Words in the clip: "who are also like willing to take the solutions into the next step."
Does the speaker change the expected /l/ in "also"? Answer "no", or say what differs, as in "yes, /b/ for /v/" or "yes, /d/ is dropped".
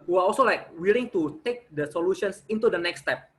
no